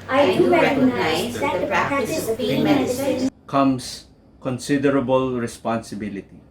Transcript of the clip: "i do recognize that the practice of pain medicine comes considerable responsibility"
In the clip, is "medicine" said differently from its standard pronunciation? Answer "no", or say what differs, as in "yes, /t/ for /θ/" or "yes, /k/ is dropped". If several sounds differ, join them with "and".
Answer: yes, /s/ is dropped